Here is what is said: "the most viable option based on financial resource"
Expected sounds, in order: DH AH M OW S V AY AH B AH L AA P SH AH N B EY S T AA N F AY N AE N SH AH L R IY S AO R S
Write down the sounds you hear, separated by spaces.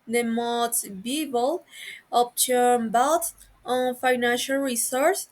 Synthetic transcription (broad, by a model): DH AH M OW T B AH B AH L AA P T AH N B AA T AA N F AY N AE N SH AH L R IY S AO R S